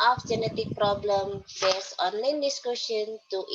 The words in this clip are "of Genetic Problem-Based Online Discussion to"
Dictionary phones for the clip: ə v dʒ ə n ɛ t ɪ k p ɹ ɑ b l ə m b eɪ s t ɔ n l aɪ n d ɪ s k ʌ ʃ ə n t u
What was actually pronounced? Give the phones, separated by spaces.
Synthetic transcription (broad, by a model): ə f dʒ ə n ɛ t ɪ k p ɹ ɑ b l ə m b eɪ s ɔ n l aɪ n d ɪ s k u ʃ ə n t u